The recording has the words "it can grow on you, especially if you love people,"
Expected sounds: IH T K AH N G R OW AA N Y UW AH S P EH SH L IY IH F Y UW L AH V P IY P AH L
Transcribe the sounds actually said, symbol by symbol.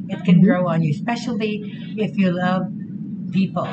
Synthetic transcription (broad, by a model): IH T K AH N G R OW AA N Y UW AH S P EH SH L IY IH F Y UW L AH V P IY P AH L